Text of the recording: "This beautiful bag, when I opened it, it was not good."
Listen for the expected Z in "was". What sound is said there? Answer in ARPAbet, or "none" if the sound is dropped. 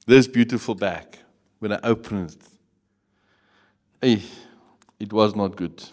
Z